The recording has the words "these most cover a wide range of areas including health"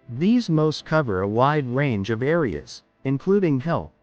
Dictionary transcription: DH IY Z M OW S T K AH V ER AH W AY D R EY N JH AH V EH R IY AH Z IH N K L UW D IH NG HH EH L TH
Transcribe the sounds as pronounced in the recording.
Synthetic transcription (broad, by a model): DH IY Z M OW S T K AH V ER AH W AY D R EY N JH AH V EH R IY AH Z IH N K L UW D IH NG HH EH L